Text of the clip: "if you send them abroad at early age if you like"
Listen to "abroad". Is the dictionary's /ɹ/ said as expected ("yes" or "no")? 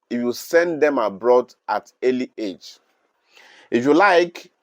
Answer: yes